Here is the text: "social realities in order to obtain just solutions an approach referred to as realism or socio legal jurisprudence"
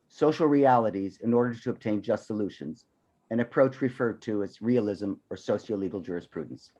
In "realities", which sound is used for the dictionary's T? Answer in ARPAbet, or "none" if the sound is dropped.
T